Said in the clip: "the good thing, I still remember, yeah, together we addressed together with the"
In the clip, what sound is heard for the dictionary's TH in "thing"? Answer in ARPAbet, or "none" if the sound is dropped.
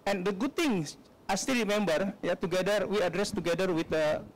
T